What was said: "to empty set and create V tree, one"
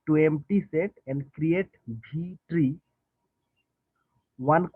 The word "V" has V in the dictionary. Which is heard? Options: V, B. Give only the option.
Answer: B